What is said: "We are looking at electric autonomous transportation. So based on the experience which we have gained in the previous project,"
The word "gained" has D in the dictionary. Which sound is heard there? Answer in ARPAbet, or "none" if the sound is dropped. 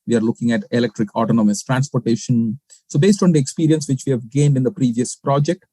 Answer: D